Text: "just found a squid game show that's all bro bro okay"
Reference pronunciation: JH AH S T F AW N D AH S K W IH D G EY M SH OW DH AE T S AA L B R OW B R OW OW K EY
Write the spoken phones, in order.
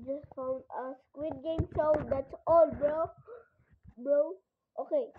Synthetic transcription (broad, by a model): JH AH S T F AW N D AH S K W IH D G EY M S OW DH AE T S AA L B R OW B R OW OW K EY